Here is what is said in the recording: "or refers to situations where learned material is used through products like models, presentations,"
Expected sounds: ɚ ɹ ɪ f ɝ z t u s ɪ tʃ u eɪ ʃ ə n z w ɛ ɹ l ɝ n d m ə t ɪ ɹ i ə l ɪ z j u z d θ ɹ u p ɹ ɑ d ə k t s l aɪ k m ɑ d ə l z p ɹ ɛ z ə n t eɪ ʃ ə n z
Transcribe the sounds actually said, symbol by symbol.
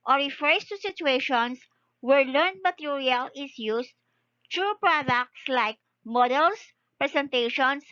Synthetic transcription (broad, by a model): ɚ ɹ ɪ f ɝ s t u s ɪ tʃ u eɪ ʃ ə n s w ɛ ɹ l ɝ n d m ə t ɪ ɹ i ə l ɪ s j u s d t ɹ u p ɹ ɑ d ə k t s l aɪ k m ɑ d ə l s p ɹ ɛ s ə n t eɪ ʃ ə n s